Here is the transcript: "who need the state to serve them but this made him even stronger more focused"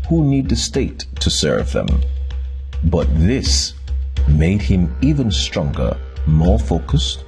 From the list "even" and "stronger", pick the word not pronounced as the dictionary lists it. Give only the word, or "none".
none